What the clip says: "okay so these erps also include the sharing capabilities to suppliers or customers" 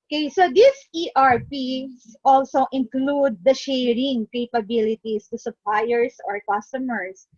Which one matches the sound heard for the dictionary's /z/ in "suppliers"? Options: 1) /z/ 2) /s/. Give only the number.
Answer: 2